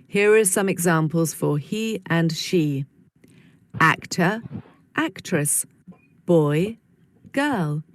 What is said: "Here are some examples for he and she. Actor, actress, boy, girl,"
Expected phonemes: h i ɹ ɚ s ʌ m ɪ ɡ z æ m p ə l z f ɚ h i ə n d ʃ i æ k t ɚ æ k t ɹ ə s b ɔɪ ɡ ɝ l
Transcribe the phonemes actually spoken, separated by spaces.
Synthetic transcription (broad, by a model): h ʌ ɹ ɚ s ʌ m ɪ ɡ z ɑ m p ə l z f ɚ h i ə n ʃ i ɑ k t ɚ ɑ k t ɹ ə s b ɔɪ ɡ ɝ l